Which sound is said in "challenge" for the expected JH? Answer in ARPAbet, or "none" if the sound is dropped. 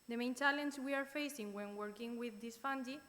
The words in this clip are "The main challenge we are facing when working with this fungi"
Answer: Z